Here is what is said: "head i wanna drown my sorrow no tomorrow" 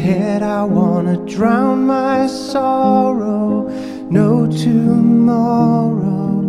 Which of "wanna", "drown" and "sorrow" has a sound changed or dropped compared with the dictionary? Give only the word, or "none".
none